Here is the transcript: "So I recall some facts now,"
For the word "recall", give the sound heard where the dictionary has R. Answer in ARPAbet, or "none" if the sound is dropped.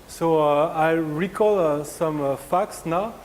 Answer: R